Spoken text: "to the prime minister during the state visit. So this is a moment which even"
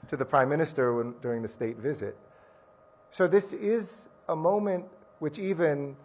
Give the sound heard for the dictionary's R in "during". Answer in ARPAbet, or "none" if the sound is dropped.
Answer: R